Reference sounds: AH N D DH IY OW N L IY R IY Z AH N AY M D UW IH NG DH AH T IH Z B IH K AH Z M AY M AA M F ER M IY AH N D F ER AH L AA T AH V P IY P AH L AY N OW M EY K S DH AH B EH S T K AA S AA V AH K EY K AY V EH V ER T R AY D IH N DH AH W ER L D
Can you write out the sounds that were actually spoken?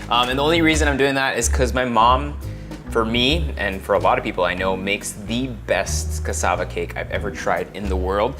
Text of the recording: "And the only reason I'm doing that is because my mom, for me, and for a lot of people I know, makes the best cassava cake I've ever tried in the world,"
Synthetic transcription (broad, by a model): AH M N DH IY OW N L IY R IY Z AH N AY M D UW IH NG DH AH T IH Z K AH Z M AY M AA M F ER M IY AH N F ER AH L AA T AH V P IY P L AY N OW M EY K S DH AH B EH S T K AA S AA V AH K EY K AY V EH V ER T R AY D IH N DH AH W ER L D